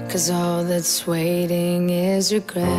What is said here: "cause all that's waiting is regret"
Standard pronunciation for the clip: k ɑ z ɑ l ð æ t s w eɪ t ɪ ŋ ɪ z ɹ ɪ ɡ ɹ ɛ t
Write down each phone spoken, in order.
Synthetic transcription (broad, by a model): k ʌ z ɑ l ð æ t s w eɪ t ɪ ŋ ɪ z ɹ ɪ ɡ ɹ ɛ